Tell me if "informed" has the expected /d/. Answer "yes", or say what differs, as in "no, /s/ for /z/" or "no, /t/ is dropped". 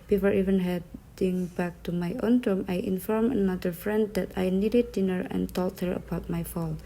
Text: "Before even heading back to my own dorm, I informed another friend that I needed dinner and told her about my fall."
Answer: no, /d/ is dropped